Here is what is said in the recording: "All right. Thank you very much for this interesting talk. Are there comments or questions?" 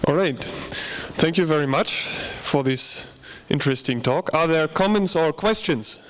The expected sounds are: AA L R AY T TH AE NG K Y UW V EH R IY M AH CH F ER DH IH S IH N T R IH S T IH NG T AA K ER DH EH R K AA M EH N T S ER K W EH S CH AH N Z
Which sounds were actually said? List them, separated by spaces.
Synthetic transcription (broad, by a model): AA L R AY T TH AE NG K Y UW V EH R IY M AH CH F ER DH IH S IH N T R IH S T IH NG T AA K ER DH EH R K AA M EH N T S ER K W EH S CH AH N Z